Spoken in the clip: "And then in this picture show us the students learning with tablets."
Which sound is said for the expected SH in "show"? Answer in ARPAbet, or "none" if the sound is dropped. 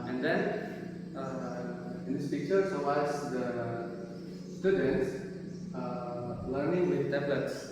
S